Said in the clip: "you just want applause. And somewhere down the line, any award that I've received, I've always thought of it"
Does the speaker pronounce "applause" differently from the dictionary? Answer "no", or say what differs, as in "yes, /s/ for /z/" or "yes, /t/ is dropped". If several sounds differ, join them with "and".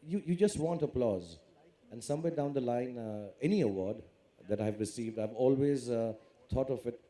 no